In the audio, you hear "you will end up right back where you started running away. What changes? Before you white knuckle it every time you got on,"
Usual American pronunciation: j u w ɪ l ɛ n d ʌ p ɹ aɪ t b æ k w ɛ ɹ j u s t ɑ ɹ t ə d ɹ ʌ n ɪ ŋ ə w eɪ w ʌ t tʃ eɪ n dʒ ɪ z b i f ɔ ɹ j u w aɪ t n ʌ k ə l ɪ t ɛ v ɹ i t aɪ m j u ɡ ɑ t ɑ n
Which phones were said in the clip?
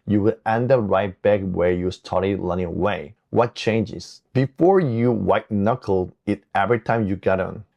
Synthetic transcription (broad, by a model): j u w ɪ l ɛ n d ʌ ɹ aɪ t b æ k w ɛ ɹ j u s t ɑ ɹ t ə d l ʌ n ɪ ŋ ə w eɪ w ʌ t tʃ eɪ n dʒ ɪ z b i f ɔ ɹ j u w aɪ t n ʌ k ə l ɪ t ɛ v ɹ i t aɪ m j u ɡ ɑ t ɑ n